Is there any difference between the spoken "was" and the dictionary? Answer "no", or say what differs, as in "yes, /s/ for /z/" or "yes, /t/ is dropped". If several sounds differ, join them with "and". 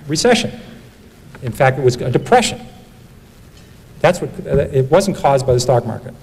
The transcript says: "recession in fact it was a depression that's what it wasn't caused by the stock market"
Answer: no